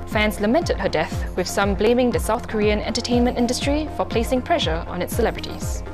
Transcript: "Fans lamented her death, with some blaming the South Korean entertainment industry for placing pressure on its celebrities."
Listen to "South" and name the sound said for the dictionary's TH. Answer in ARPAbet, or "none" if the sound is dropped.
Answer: TH